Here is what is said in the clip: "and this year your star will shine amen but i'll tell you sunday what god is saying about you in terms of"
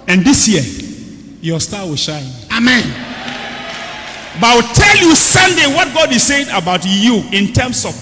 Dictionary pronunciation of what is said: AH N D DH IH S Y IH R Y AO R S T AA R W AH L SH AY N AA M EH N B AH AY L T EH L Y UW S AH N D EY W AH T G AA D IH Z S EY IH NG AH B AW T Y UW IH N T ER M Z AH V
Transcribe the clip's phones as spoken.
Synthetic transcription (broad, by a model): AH N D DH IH S Y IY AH Y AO S T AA W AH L SH AY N AA M EH N B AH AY W T EH L Y UW S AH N D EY W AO T G AA D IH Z S EY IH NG AH B AW T Y UW IH N T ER M S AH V